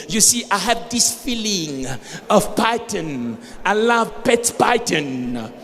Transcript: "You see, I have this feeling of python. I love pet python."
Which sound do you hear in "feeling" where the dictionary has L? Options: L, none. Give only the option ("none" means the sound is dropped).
L